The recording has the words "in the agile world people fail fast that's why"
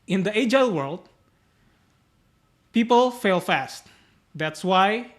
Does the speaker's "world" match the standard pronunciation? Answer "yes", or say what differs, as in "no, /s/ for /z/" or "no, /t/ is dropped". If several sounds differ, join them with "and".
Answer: yes